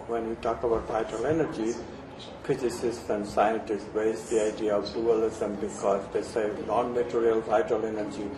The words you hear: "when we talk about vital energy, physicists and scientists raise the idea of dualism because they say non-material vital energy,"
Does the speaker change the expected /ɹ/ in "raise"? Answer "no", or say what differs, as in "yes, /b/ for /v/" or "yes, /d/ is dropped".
yes, /w/ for /ɹ/